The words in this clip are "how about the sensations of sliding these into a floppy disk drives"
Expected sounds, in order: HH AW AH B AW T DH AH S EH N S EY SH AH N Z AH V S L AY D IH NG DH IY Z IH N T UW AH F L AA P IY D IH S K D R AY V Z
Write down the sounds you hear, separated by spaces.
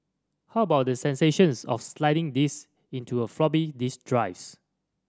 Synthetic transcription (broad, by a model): HH AW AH B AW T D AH S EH N S EY SH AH N S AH F S L AY D IH NG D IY S IH N T UW AH F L AA B IY D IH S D R AY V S